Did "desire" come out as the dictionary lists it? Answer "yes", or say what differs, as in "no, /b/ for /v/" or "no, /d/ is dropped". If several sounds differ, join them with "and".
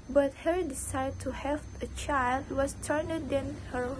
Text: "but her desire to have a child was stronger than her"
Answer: no, /s/ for /z/